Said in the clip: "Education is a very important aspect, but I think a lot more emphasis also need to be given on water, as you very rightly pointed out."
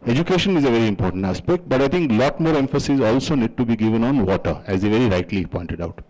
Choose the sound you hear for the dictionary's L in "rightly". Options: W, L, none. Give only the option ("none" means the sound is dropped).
L